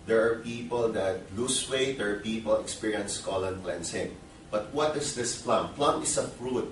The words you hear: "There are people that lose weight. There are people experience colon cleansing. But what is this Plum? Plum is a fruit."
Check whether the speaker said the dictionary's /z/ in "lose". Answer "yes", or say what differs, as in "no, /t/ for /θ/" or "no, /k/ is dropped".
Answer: no, /s/ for /z/